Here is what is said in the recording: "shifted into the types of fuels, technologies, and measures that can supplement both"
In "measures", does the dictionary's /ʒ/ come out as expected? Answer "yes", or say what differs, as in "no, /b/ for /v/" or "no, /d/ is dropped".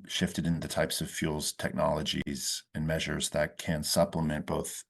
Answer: yes